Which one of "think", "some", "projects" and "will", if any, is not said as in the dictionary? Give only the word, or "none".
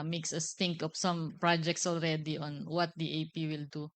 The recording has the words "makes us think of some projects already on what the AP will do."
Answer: think